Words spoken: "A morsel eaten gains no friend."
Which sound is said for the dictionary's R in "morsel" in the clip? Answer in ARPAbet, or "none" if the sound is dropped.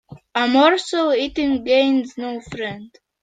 L